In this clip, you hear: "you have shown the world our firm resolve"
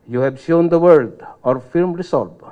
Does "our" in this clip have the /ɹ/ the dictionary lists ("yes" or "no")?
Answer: yes